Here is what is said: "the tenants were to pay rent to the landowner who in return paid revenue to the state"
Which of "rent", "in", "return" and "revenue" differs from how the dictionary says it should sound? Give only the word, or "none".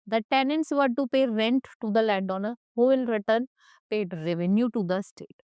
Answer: in